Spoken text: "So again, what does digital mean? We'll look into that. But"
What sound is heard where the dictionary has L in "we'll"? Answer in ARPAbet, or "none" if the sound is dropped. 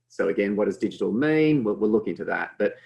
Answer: W